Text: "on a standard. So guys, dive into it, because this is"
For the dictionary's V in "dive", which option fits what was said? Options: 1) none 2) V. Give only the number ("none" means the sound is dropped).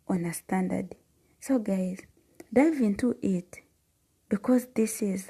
2